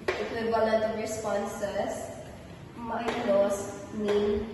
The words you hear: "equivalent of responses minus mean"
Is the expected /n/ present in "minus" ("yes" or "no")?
no